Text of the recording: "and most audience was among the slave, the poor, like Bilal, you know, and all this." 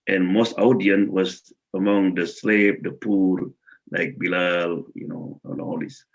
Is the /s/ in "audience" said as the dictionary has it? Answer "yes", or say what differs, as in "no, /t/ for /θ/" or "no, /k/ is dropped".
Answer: no, /s/ is dropped